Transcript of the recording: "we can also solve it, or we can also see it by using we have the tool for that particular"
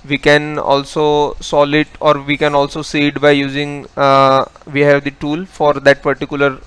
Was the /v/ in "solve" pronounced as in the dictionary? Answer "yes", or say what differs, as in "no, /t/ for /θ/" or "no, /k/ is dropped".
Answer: no, /v/ is dropped